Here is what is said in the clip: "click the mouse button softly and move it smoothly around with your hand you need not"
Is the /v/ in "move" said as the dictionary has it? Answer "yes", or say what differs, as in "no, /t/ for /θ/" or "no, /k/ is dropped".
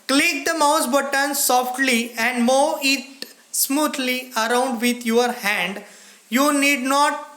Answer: no, /v/ is dropped